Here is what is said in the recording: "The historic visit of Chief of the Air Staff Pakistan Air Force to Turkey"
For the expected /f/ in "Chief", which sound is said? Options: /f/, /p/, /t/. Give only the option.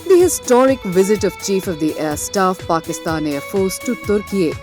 /f/